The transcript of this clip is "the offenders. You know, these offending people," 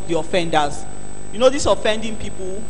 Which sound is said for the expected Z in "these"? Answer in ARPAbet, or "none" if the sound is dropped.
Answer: S